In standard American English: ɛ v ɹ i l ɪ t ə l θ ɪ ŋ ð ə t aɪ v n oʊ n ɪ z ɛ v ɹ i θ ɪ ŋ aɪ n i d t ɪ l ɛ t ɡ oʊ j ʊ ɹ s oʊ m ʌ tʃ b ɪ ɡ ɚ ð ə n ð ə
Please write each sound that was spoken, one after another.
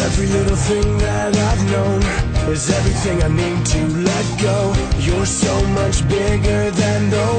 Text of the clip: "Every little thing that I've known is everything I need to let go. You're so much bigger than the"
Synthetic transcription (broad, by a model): ɛ v ɹ i l ɪ t l θ ɪ ŋ ð ə t aɪ v n oʊ n ɪ z ɛ v ɹ i θ ɪ ŋ aɪ n i d t ɪ l ɛ t ɡ oʊ j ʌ ɹ s oʊ m ʌ tʃ b ɪ ɡ ɚ ð ə n ð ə